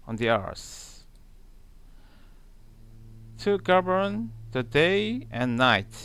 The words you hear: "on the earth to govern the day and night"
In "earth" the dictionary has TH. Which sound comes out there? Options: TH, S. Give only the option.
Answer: S